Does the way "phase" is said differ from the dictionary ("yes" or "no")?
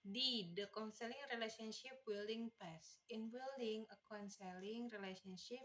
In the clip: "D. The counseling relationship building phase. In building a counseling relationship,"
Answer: yes